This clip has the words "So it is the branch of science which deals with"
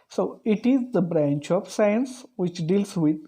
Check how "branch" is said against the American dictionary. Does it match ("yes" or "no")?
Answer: yes